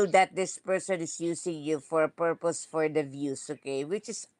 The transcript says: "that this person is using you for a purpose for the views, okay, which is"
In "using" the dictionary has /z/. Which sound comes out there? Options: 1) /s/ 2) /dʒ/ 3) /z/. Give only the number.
1